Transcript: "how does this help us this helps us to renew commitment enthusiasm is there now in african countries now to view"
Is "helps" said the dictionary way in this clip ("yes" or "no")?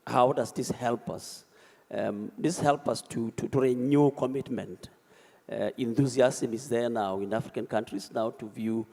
no